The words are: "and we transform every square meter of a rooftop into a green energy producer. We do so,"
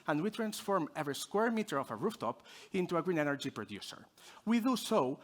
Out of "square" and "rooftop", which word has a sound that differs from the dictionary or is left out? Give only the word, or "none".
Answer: none